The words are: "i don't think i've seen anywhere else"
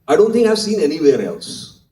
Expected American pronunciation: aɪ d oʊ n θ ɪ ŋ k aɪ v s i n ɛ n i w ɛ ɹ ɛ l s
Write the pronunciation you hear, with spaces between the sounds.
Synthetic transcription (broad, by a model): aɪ d oʊ n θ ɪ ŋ aɪ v s i n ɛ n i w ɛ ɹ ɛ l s